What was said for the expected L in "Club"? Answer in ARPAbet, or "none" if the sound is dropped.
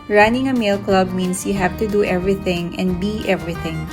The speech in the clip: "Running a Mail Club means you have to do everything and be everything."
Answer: L